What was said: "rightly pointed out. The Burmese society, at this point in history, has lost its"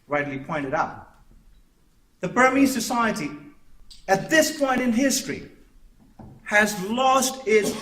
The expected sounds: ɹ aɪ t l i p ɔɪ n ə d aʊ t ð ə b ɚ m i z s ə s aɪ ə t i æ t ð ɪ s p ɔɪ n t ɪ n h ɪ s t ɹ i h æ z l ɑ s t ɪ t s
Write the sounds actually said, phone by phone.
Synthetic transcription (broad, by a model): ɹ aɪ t l i p ɔɪ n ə d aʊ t ð ə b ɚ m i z s ə s aɪ ə t i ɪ t ð ɪ s p ɔɪ n t ɪ n h ɪ s t ɹ i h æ z l ɑ s t ɪ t s